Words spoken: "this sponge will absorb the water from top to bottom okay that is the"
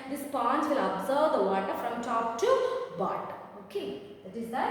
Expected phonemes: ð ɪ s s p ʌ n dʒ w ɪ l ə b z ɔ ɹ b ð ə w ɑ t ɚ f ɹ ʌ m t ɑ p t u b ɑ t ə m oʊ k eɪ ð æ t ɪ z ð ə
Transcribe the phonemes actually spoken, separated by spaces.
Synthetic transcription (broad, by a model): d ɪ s s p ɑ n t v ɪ l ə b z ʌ ɹ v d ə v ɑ t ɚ f ɹ ʌ m t ɑ p t u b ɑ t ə oʊ k eɪ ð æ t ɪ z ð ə